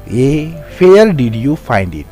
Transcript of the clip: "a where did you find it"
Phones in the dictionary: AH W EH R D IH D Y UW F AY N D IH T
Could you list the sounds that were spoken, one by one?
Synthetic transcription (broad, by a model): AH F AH L D IH D Y UW F AY N D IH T